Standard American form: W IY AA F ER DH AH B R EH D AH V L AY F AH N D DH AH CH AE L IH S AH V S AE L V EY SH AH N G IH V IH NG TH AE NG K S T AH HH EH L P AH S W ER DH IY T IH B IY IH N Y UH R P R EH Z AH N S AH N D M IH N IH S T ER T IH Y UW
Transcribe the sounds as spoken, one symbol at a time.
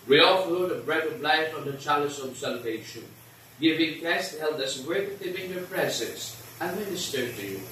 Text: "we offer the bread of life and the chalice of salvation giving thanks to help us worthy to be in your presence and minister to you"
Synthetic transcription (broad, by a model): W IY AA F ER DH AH B R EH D AH V L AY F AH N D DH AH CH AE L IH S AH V S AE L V EY SH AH N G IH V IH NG T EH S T HH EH L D AH S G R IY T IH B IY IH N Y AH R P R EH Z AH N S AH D M IH N IH S T ER T IH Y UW